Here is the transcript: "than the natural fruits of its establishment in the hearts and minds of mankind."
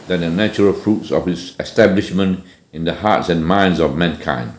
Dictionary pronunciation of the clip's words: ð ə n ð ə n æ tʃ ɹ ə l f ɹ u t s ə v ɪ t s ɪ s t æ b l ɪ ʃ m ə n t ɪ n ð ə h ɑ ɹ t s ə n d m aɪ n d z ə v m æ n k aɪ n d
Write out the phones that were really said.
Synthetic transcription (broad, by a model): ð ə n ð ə n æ tʃ ɹ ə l f ɹ u t s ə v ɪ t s ɪ s t æ b l ɪ ʃ m ə n t ɪ n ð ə h ɑ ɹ t s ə n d m aɪ n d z ə v m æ n k aɪ n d